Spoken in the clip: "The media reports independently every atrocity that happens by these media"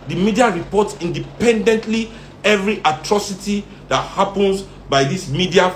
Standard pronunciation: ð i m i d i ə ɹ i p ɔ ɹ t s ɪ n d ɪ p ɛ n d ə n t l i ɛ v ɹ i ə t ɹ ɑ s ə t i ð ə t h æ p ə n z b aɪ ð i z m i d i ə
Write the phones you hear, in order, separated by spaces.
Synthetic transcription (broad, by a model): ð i m i d i ə ɹ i p ɔ t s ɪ n d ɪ p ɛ n d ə n t l i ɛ v ɹ i ə t ɹ ɑ s ə t i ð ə t h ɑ p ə n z b aɪ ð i s m i d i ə